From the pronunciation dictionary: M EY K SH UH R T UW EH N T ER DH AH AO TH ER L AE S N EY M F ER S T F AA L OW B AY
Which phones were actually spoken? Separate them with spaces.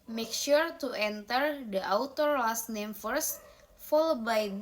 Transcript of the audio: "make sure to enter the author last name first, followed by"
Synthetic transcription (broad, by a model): M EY K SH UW R T UW EH N T ER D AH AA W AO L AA S N EY M F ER S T F AA L OW B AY